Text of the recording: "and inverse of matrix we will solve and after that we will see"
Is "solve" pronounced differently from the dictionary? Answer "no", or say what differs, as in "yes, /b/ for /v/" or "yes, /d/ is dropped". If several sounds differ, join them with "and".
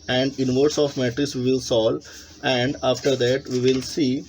yes, /v/ is dropped